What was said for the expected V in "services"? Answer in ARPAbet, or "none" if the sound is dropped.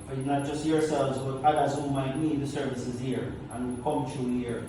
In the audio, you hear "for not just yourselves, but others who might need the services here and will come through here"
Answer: V